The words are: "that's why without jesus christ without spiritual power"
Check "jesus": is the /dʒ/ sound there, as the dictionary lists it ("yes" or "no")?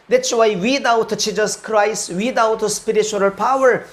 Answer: no